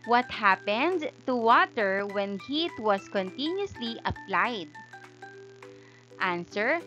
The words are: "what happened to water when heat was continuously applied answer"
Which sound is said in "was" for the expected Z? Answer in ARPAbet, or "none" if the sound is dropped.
S